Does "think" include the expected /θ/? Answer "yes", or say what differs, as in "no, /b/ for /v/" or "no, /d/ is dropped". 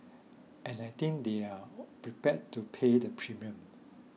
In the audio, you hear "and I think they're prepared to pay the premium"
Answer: no, /t/ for /θ/